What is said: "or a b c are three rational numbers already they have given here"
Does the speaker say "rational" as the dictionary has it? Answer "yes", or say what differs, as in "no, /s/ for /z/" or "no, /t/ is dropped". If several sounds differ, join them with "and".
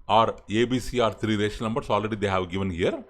no, /n/ is dropped